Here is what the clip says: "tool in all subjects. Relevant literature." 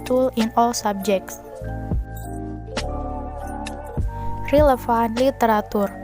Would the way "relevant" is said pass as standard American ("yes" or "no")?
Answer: no